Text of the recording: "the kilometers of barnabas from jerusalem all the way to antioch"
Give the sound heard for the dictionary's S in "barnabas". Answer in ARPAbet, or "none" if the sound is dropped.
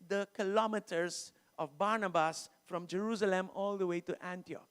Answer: S